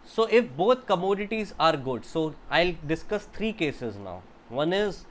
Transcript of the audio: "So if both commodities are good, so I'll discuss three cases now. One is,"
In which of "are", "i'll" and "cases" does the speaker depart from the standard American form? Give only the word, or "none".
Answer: none